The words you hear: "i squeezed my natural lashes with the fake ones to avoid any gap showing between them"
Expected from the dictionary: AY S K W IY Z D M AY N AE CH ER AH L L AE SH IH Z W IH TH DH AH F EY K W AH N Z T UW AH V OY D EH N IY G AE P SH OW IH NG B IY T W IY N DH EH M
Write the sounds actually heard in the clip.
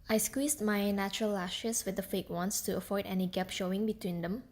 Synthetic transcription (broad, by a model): AY S K W IY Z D M AY N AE CH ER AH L L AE SH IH S W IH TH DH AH F EY K W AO N S T UW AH F OY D EH N IY G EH P SH OW IH NG B IY T W IY N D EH M